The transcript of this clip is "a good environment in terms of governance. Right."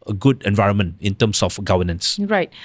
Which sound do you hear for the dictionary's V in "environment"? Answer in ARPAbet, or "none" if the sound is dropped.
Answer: V